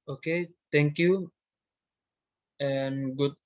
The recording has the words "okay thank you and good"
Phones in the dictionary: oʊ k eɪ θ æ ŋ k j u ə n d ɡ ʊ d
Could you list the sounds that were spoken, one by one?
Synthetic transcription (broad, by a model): oʊ k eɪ t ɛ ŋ k j u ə n ɡ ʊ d